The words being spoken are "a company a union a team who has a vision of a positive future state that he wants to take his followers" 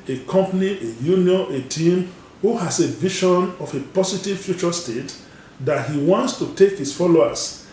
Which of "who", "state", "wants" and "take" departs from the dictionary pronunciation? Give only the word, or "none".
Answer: none